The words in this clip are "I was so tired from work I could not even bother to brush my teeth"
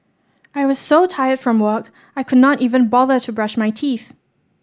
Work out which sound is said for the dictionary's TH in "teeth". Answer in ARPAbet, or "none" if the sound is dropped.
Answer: TH